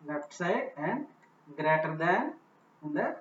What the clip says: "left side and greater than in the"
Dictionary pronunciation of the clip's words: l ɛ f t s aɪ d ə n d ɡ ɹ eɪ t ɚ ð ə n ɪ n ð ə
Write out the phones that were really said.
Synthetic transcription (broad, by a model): l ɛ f t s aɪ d ə n d ɡ ɹ eɪ t ɚ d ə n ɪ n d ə